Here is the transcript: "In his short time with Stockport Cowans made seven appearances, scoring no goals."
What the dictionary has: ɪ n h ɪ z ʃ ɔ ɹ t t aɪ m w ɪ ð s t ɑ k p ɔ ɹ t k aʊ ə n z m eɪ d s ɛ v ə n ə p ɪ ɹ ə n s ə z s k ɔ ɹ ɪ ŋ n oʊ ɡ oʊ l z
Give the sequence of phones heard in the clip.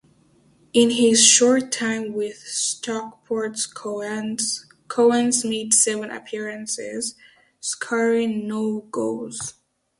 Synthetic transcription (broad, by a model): ɪ n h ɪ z ʃ ɔ ɹ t t aɪ m w ɪ ð s t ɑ k p ɔ ɹ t k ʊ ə n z m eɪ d s ɛ v ə n ə p ɪ ɹ ə n s ə z s k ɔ ɹ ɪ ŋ n oʊ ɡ oʊ z